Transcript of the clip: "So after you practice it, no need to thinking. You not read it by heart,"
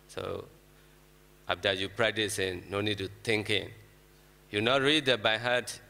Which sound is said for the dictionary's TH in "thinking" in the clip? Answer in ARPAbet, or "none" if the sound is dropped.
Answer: T